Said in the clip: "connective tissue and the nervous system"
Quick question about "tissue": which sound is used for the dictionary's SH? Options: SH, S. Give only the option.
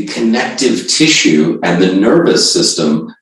SH